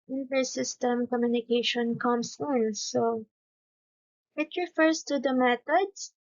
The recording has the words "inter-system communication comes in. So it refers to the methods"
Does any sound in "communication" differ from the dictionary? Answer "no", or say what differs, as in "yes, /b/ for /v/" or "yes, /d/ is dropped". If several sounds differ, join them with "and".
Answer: no